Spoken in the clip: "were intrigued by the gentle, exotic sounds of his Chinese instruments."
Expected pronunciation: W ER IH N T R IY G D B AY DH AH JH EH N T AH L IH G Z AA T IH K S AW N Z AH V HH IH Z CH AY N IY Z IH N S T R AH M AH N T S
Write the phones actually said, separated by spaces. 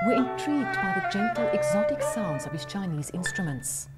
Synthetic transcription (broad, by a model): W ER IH N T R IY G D B AY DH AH JH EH N T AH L IH G Z AA T IH K S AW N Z AH V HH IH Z CH AY N IY Z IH N S T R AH M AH N T S